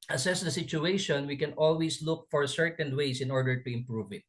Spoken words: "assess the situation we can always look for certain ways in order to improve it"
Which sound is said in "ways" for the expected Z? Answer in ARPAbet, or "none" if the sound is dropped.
S